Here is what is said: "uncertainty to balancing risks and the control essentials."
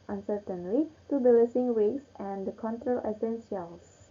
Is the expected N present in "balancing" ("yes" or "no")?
no